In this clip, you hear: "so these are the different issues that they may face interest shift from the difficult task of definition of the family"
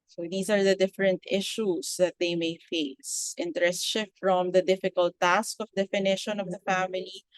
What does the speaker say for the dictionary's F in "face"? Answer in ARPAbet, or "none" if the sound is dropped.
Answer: F